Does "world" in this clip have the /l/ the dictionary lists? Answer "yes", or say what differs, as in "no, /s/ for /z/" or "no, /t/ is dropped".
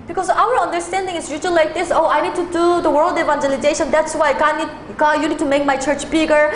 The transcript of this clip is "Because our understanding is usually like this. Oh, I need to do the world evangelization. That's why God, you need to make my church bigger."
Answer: yes